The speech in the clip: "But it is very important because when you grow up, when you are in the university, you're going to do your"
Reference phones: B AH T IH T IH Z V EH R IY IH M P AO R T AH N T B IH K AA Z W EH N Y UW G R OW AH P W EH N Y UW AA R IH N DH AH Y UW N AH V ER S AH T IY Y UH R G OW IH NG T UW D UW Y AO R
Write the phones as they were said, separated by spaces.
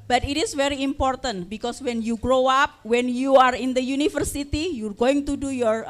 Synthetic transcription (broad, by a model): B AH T IH T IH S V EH R IY IH M P AO R T AH N T B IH K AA S W EH N Y UW G R OW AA P W EH N Y UW AA R IH N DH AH Y UW N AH F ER S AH T IY Y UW R G OW IH NG T UW D UW Y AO R